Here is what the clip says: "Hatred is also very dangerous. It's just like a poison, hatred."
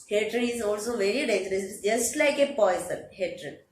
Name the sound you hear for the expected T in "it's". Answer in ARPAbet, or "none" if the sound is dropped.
S